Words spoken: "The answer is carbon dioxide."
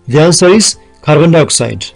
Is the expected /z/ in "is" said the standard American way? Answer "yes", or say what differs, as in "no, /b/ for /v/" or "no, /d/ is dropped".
no, /s/ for /z/